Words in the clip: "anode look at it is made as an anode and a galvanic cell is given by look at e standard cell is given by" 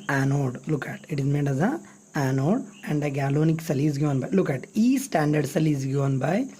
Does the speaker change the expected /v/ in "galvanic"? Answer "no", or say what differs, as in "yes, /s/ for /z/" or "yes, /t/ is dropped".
yes, /v/ is dropped